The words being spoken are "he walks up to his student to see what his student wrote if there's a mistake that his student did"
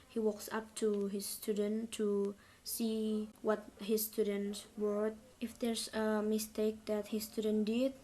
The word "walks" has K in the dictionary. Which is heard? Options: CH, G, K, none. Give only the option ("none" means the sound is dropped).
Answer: K